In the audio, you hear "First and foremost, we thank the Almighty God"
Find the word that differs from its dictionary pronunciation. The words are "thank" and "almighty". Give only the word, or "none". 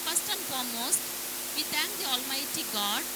thank